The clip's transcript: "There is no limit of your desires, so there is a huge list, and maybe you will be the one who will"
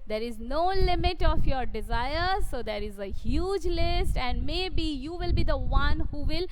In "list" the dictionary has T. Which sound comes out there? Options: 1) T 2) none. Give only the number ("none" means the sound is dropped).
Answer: 1